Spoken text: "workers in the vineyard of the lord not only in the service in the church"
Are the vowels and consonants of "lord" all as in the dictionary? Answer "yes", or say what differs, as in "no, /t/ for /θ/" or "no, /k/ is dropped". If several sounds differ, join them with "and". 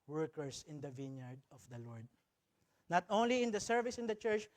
yes